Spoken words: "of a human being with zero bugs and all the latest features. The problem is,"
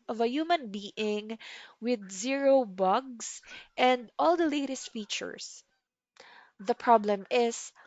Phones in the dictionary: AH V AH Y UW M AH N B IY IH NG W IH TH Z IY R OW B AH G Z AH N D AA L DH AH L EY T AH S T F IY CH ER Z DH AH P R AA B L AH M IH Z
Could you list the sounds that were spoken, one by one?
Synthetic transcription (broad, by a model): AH V AH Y UW M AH N B IY IH NG W IH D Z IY R OW B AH G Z AH N D AA L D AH L EY T AH S T F IY CH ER S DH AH P R AA B L AH M IH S